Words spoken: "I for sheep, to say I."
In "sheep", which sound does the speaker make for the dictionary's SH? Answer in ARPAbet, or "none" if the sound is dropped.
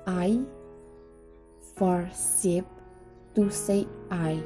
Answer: S